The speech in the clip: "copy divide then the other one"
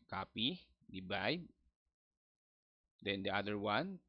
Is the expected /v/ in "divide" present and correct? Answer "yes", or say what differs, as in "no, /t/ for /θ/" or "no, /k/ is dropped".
no, /b/ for /v/